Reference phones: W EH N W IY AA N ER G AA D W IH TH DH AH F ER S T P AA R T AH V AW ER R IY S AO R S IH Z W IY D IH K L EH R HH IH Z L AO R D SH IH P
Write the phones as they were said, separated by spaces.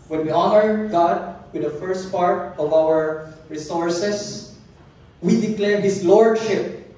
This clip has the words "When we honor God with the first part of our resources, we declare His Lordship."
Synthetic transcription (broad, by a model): W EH N W IY AA N ER G AA D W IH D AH F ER S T P AA R T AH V AW ER R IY S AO R S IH S W IY D IH K L EH R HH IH S L AO R D SH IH P